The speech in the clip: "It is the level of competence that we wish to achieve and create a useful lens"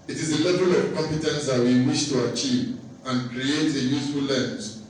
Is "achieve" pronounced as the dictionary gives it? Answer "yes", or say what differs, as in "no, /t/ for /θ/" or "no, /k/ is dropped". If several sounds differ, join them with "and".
yes